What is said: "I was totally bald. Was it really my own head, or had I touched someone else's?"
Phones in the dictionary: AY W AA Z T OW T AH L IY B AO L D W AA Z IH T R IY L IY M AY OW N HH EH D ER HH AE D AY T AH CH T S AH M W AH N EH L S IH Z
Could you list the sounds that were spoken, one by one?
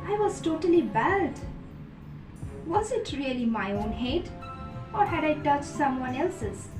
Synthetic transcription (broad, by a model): AY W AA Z T OW T AH L IY B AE D W AA Z IH T R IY L IY M AY OW N HH EH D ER HH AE D AY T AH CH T S AH M W AH N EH L S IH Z